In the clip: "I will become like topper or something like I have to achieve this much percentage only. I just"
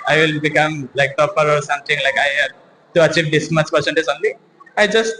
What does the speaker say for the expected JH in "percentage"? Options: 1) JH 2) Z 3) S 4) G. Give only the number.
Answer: 2